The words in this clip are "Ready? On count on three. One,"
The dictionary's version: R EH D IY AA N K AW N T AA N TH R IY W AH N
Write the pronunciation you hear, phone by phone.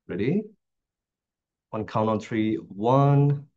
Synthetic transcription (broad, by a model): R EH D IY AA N K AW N AA N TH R IY W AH N